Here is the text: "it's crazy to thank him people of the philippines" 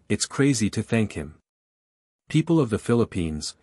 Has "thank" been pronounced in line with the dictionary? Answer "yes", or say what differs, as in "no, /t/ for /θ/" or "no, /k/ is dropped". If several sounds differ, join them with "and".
yes